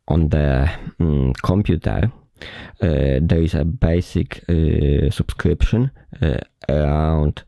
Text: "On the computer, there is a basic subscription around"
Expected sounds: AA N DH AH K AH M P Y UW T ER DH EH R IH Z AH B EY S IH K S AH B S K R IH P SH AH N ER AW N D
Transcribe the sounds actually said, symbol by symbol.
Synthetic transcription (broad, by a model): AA N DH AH K AH M P Y UW T ER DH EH R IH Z AH B EY S IH K S AH B S K R IH P SH AH N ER AW N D